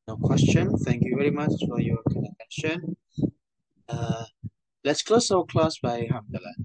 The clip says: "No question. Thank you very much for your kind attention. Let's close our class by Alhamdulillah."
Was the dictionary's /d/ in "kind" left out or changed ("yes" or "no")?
yes